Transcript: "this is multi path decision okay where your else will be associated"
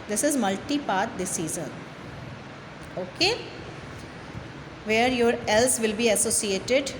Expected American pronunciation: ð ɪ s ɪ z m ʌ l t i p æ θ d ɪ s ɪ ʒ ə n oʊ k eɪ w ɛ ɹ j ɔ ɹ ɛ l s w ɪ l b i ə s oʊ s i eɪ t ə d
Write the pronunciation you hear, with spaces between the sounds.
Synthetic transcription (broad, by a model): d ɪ s ɪ z m ʌ l t i p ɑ t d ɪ s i z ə n oʊ k eɪ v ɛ ɹ j ɔ ɹ ɛ l s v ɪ l b i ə s oʊ s i eɪ t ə d